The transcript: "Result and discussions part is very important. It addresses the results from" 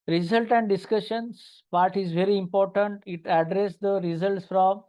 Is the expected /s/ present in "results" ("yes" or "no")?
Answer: yes